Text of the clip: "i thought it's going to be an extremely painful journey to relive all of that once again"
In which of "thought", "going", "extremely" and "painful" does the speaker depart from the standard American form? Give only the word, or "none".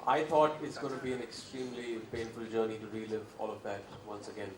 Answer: thought